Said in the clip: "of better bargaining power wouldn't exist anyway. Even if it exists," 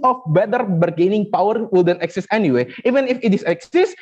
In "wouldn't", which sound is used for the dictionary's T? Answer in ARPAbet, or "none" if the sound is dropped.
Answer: none